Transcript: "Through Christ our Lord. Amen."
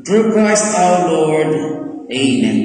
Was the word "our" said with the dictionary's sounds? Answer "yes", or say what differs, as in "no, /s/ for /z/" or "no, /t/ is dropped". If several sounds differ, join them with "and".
no, /l/ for /ɹ/